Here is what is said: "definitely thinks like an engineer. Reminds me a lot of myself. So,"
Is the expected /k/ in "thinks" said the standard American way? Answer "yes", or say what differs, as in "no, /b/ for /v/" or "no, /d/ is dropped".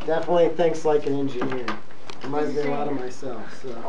yes